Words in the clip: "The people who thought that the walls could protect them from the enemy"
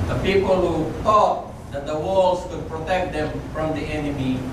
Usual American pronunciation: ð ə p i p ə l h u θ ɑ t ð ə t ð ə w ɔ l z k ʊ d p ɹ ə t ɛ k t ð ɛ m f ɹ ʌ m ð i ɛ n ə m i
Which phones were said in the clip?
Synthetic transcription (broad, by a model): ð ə p i p ə l h u t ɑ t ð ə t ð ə w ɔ l s k ʊ d p ɹ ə t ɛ k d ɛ m f ɹ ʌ m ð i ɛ n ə m i